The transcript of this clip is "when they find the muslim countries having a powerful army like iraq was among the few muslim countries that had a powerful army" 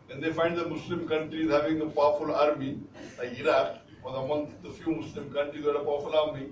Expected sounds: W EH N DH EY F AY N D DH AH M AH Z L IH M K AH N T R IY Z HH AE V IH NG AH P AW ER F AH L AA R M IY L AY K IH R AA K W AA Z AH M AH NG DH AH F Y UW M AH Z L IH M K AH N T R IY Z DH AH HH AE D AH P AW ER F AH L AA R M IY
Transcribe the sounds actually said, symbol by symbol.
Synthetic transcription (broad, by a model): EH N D EY F AY N D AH M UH S L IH M K AH N T R IY Z HH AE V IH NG AH P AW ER F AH L AA R M IY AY IH R AA K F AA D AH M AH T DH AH F Y UW M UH S L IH M K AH N T R IY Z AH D AH P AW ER F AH L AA R M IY